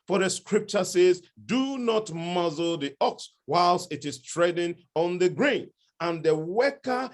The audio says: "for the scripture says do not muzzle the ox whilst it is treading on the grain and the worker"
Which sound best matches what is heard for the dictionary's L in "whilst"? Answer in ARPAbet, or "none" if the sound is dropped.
L